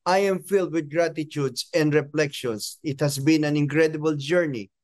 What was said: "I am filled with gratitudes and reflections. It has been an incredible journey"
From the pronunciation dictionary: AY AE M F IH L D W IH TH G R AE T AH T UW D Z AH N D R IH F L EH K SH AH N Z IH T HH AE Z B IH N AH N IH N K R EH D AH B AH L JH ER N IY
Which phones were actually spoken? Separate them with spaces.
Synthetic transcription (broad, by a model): AY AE M F IH L D W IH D G R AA T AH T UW D S AH N D R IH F L EH K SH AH N S IH T HH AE S B IH N AH N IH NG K R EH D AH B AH L JH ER N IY